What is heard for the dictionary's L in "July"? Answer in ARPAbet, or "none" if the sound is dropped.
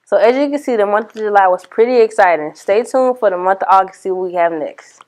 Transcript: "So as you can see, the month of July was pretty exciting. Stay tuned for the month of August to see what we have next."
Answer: L